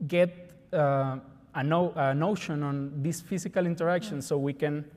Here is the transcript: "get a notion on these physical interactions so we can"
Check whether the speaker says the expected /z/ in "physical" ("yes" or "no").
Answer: no